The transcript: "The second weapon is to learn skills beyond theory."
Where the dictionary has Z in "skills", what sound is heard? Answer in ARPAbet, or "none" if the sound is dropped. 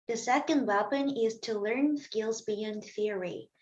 Z